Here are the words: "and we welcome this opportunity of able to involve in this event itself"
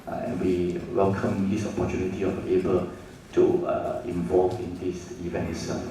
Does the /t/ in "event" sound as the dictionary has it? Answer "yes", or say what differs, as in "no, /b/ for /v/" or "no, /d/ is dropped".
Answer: no, /t/ is dropped